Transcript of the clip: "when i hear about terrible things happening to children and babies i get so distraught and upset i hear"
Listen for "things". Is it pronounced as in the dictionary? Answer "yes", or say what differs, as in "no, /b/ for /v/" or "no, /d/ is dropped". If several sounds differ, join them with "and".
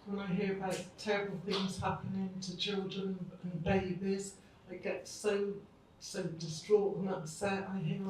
yes